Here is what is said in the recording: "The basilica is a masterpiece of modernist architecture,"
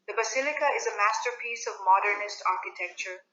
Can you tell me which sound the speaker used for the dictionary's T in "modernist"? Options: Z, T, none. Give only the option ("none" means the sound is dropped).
T